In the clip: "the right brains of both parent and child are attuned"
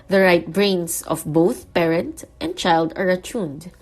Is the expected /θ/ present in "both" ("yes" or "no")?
yes